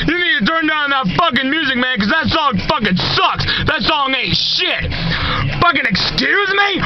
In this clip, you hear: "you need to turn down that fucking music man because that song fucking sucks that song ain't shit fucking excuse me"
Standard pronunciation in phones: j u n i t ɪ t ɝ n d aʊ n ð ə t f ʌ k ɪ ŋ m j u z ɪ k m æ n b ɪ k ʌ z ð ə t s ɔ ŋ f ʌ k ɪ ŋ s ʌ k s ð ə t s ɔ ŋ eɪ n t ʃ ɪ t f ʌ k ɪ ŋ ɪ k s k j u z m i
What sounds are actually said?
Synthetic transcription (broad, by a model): j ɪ n i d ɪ t ɝ n d aʊ n ð ə t f ʌ k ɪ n m j u z ɪ k m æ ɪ k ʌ z ð ə t s ɔ ŋ f ʌ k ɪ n s ʌ k s ð ə t s ɔ ŋ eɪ t ʃ ɪ t f ʌ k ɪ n ɪ k s k j u z m i